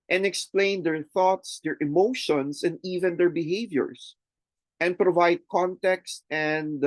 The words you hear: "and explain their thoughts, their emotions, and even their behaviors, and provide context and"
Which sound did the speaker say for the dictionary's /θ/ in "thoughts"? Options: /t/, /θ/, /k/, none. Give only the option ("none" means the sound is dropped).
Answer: /θ/